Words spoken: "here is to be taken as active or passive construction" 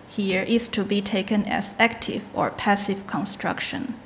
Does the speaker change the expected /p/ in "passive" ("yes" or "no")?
no